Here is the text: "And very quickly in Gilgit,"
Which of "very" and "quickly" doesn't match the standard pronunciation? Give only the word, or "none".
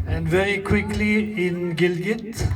none